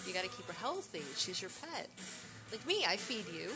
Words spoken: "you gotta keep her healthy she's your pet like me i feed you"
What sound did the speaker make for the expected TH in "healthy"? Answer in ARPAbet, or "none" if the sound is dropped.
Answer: TH